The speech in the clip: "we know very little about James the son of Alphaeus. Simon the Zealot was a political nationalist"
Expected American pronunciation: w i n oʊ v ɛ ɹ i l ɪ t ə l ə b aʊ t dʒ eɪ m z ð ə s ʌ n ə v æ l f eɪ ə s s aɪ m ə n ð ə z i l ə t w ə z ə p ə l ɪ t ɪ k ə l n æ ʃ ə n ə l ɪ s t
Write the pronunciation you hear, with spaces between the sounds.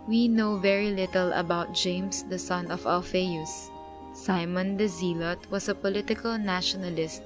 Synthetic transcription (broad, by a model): w i n oʊ v ɛ ɹ i l ɪ t ə l ə b aʊ t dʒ eɪ m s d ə s ʌ n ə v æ l f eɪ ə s s aɪ m ə n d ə z i l ə t w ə s ə p ə l ɪ t ɪ k ə l n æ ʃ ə n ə l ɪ s t